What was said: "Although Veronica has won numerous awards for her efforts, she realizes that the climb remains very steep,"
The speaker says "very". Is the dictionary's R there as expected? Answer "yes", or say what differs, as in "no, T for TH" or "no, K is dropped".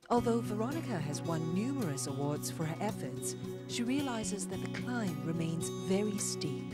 yes